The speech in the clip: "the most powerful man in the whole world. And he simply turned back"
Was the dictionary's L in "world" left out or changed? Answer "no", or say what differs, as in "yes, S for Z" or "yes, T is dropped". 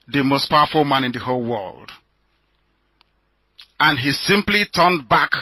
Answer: no